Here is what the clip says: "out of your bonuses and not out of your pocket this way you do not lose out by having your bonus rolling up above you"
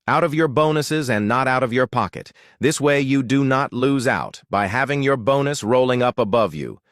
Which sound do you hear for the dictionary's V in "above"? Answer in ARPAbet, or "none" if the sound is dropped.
V